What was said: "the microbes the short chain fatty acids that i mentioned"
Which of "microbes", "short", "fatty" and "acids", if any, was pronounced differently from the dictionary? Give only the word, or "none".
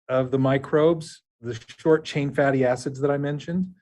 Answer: none